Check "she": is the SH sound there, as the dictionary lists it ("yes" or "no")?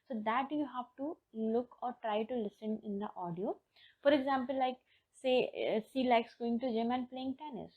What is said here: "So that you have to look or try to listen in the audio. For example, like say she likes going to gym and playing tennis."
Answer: no